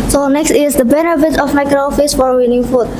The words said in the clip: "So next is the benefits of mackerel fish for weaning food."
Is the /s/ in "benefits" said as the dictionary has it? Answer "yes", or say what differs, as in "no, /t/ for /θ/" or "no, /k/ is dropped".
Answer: no, /s/ is dropped